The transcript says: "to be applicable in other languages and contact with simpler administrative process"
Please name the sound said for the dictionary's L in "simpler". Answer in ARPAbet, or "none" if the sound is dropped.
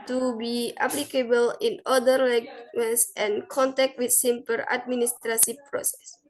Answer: none